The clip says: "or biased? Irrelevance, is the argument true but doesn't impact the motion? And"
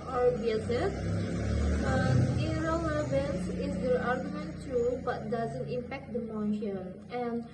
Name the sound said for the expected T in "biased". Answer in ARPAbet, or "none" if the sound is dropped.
none